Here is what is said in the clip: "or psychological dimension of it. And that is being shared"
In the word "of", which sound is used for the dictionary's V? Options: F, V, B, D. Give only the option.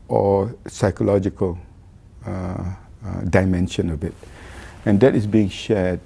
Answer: B